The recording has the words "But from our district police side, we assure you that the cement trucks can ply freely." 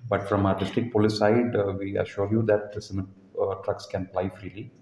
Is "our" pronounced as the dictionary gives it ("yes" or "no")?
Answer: yes